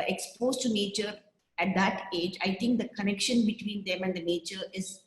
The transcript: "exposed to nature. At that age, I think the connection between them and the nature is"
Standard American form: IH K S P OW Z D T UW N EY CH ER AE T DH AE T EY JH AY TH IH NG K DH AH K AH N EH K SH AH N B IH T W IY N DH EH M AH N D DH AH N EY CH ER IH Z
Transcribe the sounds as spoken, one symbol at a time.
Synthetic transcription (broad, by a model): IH K S P OW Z T UW N EY CH ER AE T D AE T EY JH AY T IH NG K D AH K AH N EH K SH AH N B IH T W IY N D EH M AH N D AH N EY CH ER IH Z